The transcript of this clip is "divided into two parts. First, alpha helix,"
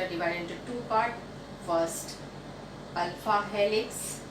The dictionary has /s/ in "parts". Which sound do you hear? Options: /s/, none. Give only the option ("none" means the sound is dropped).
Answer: none